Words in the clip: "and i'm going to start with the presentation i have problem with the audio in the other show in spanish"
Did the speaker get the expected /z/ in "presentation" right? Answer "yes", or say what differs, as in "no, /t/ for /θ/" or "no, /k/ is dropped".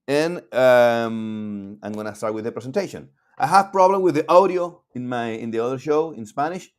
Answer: no, /s/ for /z/